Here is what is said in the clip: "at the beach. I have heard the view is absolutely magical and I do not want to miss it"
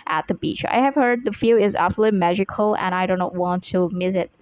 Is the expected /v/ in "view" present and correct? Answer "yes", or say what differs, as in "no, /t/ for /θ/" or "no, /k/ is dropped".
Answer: no, /f/ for /v/